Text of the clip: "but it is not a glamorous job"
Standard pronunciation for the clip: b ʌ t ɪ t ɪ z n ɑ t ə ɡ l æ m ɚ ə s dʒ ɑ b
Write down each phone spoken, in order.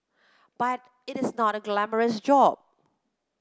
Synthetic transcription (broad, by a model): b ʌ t ɪ t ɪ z n ɑ t ə ɡ l æ m ɚ ə s dʒ ɑ b